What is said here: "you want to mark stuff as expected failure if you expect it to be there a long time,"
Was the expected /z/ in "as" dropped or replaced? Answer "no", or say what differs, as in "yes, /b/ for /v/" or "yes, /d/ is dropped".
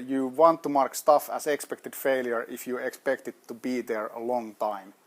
yes, /s/ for /z/